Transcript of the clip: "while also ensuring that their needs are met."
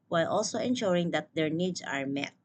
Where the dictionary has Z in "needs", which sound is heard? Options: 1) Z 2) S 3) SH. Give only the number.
2